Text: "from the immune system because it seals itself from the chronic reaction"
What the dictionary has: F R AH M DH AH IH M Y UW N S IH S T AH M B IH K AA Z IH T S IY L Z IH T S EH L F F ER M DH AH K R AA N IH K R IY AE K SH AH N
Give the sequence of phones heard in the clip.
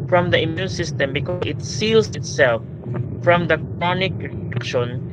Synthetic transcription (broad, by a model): F R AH M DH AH IH M Y UW N S IH S T AH M B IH K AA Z IH T S IY L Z IH T S EH L F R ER M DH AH K R AA N IH K R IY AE K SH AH N